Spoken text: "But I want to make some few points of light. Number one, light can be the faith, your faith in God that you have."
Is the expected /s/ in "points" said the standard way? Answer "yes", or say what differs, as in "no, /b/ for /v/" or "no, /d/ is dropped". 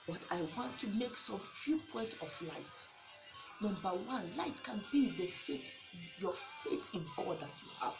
no, /s/ is dropped